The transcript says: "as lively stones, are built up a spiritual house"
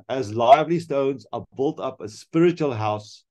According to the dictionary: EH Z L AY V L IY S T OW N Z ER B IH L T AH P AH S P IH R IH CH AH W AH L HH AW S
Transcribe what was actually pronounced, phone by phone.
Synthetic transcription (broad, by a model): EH Z L AY V L IY S T OW N Z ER B IH L T AH P AH S P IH R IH CH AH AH L HH AW S